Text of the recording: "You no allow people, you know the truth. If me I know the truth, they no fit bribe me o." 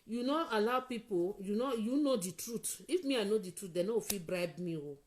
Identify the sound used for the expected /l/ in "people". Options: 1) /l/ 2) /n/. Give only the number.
2